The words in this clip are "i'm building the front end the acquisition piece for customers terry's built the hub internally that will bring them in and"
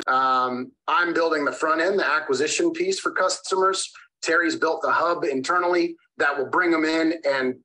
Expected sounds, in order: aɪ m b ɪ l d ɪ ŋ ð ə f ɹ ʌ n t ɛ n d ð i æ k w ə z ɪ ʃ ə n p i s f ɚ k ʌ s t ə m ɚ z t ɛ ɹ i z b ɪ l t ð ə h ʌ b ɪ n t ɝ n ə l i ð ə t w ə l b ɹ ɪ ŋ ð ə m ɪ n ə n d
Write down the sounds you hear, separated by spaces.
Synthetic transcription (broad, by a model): aɪ m b ɪ l d ɪ ŋ ð ə f ɹ ʌ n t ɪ n ð i æ k w ə z ɪ ʃ ə n p i s f ɚ k ʌ s t ə m ɚ z t ɛ ɹ i z b ɪ l t ð ə h ʌ b ɪ n t ɝ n l i ð ə t w ə l b ɹ ɪ ŋ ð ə m ɪ n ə n